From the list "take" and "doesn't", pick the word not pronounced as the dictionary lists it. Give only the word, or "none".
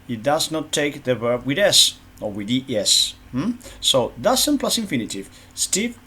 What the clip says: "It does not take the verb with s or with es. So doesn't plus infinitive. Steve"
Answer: doesn't